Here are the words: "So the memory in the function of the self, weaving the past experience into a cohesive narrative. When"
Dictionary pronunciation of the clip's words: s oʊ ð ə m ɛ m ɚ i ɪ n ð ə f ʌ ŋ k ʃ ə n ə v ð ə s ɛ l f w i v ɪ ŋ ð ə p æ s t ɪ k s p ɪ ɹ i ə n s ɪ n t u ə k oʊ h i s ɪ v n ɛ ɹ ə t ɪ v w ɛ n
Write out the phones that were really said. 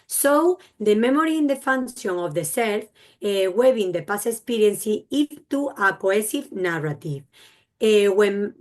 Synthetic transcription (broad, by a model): s oʊ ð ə m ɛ m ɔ i ɪ n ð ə f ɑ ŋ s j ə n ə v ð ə s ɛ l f w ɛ b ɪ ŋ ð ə p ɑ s ɪ k s p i ɹ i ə n s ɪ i t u ə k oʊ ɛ s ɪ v n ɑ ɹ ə t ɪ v w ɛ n